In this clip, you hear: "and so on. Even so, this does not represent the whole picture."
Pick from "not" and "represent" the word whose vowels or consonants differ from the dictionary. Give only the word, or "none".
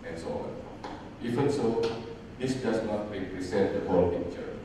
represent